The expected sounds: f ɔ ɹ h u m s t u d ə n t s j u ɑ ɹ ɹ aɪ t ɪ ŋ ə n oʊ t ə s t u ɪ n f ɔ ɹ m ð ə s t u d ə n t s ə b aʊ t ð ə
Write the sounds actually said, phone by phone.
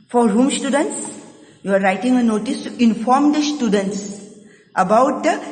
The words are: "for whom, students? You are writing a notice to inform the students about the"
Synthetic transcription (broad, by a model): f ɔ ɹ h u m s t u d ə n t s j u ɑ ɹ ɹ aɪ t ɪ ŋ ə n oʊ t ə s t u ɪ n f ɔ ɹ m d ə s t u d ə n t s ə b aʊ t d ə